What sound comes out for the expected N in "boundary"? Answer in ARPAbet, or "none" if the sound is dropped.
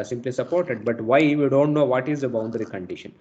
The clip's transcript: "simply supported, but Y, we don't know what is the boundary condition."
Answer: N